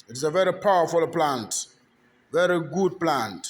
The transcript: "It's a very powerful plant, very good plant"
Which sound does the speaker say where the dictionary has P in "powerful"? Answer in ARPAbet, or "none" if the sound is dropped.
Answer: P